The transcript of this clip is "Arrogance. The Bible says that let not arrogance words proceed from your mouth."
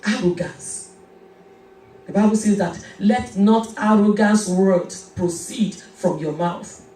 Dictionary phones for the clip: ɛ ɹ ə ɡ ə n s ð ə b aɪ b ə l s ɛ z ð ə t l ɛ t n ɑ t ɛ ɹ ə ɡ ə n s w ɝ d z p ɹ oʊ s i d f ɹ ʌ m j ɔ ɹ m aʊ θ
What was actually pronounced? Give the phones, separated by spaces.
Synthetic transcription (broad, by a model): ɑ ɹ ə ɡ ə n s ð ə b aɪ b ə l s ɛ z ð ə t l ɛ t n ɑ t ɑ ɹ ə ɡ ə n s w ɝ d p ɹ oʊ s i d f ɹ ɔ m j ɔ m aʊ θ